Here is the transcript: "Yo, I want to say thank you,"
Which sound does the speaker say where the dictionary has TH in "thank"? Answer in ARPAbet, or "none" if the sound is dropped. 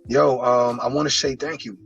TH